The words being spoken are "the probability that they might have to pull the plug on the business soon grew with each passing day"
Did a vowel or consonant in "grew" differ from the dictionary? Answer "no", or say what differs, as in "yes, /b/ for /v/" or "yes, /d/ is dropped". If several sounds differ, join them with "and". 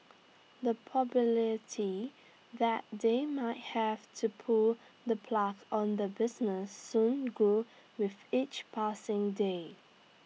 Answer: yes, /ɹ/ is dropped